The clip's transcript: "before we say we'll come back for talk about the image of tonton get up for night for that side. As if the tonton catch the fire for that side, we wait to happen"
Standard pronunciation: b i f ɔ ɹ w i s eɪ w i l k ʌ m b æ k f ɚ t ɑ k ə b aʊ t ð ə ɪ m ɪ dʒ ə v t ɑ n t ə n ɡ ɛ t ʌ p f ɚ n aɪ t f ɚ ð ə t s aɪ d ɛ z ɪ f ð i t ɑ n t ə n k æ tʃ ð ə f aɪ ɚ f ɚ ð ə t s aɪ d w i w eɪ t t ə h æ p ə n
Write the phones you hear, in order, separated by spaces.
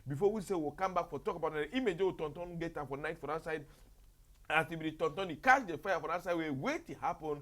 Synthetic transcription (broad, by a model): b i f ɔ w i s eɪ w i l k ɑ m b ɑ k f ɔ t ɑ k ə b aʊ t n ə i m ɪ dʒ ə w t ɑ n t ə n ɡ ɛ t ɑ f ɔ n aɪ t f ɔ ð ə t s aɪ d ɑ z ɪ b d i t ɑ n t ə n k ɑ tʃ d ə f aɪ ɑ f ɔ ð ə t s aɪ d w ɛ w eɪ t t ə h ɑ p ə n